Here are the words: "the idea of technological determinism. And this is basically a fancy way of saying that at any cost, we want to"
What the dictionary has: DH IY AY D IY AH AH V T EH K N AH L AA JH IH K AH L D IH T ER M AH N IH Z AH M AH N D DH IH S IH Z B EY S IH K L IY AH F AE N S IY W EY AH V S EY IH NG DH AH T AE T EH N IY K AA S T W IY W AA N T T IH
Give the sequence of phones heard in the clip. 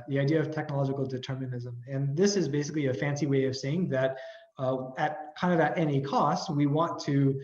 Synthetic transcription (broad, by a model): DH IY AY D IY AH AH V T EH K N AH L AA JH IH K L D IH T ER M AH N IH Z AH M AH N DH IH S IH Z B EY S IH K L IY AH F AE N S IY W EY AH V S EY IH NG DH AH T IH T EH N IY K AA S T W IY W AA N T T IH